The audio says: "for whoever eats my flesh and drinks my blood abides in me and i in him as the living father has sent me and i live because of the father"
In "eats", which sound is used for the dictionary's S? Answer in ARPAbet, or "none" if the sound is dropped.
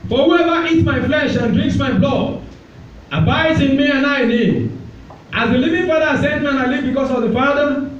none